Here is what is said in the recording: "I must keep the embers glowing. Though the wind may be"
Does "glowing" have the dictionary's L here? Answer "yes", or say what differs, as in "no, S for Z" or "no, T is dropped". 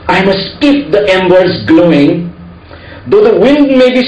yes